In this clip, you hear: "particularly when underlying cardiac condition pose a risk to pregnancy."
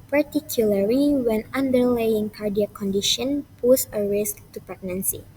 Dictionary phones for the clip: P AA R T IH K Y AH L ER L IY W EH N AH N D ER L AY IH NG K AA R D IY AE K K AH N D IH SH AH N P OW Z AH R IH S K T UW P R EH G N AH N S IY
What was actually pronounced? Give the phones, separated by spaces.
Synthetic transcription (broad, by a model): P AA R T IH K Y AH L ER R IY W EH N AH N D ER L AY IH NG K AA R D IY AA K K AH N D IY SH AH N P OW S AH R IH S K T UW P R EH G N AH N S IY